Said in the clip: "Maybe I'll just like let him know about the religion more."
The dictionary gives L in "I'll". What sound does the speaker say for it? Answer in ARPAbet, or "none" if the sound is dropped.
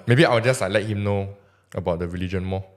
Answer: W